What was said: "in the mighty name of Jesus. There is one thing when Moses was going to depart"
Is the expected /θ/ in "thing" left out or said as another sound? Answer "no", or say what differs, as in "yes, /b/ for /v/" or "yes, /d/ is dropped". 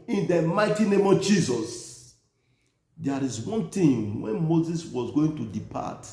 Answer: yes, /t/ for /θ/